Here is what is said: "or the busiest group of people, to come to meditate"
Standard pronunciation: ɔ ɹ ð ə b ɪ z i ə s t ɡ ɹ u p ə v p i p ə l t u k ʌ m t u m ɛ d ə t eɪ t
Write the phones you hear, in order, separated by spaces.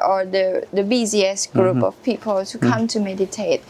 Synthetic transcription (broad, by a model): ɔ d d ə b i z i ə s ɡ ɹ u p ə f p i p ə l t u k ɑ m t u m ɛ d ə t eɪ t